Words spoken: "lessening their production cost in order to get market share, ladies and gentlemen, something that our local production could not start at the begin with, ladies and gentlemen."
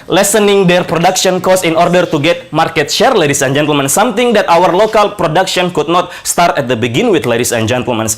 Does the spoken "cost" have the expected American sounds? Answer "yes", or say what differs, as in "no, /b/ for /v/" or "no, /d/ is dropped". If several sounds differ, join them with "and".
no, /t/ is dropped